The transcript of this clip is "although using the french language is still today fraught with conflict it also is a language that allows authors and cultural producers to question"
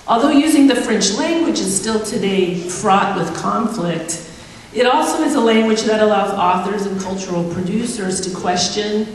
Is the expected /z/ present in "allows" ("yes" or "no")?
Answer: yes